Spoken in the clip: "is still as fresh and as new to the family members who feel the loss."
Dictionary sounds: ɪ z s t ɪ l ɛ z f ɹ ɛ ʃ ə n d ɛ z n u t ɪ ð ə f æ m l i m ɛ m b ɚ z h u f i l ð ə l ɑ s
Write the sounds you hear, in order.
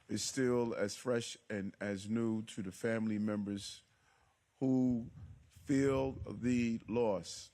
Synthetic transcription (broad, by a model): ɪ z s t ɪ l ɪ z f ɹ ɛ ʃ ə n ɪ z n u t ɪ ð ə f æ m l i m ɛ m b ɚ z h u f i l ð ə l ɑ s